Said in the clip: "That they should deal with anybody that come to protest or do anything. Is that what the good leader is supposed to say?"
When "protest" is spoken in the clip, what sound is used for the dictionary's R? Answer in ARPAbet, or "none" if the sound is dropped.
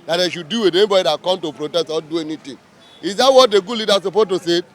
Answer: R